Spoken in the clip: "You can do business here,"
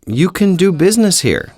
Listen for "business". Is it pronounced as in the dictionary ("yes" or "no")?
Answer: yes